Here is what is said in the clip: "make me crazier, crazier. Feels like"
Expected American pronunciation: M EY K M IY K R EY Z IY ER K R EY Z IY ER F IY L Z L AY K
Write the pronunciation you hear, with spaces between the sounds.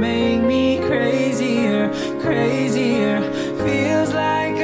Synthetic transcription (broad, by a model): M EY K M IY K R EY Z IY ER K R EY Z IY ER F IY L Z L AY K